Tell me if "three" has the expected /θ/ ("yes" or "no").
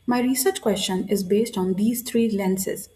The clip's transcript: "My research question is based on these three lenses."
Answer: no